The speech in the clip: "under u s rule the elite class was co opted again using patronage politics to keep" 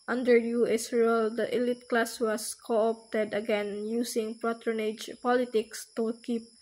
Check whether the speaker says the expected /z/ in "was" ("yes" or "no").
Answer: no